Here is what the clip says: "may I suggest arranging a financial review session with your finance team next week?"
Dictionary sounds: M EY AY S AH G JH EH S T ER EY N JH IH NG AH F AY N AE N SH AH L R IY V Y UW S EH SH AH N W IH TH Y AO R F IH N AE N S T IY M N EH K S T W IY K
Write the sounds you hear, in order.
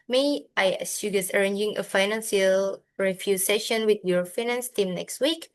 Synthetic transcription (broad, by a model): M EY AY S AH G EH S ER EY N JH IH NG AH F AY N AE N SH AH L R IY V Y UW S EH SH AH N W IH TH Y AO R F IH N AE N S T IY M N EH K S T W IY K